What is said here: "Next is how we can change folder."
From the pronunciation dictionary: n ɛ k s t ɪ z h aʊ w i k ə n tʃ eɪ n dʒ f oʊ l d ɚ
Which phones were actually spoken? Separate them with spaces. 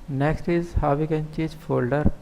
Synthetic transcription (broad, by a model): n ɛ k s t ɪ z h aʊ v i k ə n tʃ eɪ dʒ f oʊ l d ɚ